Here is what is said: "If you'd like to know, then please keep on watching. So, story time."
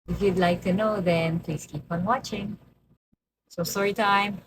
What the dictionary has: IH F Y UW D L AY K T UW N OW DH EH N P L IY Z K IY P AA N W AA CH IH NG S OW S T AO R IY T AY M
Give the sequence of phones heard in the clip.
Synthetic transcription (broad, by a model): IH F Y UW D L AY K T UW N OW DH EH N P L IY S K IY P AA N W AA CH IH NG S OW S AO R IY T AY M